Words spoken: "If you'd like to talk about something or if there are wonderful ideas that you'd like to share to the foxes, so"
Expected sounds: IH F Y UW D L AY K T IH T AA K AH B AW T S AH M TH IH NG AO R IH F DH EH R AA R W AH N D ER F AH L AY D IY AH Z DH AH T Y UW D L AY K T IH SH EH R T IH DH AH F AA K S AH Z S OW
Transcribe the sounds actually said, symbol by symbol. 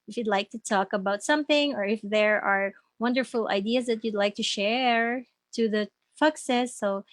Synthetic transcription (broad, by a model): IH F Y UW D L AY K T IH T AA K AH B AW T S AH M TH IH NG AO R IH F DH EH R AA R W AH N D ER F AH L AY D IY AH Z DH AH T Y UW D L AY K T IH SH EH R T IH DH AH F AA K S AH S OW